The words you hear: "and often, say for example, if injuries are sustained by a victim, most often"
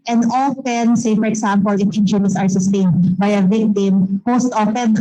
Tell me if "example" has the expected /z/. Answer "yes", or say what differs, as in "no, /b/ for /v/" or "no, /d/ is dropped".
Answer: no, /s/ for /z/